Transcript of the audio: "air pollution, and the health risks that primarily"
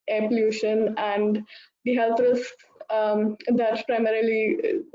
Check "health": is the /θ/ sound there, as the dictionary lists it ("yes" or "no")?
no